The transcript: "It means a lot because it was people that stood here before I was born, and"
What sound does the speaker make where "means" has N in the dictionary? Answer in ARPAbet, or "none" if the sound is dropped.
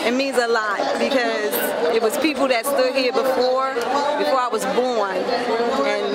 none